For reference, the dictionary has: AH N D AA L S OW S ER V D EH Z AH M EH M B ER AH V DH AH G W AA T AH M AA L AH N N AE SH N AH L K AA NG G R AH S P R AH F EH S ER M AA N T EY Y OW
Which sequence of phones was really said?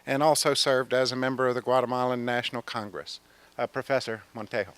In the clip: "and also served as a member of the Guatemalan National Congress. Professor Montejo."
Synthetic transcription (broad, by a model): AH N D AA L S OW S ER V D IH Z AH M EH M B ER AH V DH AH G W AA T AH M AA L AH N N AE SH N L K AA NG G R AH S P R AH F EH S ER M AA N T EY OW